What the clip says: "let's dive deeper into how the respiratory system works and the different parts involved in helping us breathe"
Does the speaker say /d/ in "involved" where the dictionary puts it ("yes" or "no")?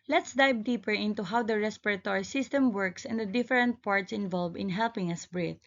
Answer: no